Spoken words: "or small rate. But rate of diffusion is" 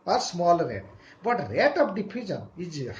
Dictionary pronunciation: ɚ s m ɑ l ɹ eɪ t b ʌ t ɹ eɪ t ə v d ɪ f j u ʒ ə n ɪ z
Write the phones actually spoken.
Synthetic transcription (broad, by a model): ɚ s m ɑ l ɹ eɪ t b ʌ t ɹ eɪ t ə p d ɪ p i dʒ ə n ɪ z